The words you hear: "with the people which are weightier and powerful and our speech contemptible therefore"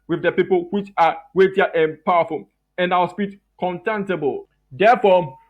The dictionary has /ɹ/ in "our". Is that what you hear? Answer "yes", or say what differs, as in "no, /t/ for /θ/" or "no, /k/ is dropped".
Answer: no, /w/ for /ɹ/